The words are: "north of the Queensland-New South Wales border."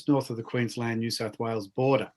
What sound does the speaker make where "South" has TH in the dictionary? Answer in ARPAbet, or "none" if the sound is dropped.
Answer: TH